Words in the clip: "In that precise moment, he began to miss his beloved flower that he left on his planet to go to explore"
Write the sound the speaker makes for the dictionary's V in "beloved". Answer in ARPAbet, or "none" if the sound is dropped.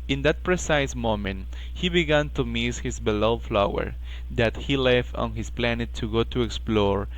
none